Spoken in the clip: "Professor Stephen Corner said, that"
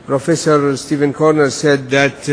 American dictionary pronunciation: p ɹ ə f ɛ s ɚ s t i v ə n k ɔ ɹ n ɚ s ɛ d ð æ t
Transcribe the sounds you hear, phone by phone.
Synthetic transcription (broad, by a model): p ɹ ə f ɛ s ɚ s t i v ə n k ɔ ɹ n ɚ s ɛ d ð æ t